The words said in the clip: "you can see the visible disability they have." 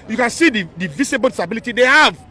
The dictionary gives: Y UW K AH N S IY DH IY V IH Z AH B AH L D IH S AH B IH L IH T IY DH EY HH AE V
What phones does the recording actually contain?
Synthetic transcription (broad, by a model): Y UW K AH N S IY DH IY V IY S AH B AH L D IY S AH B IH L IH T IY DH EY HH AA V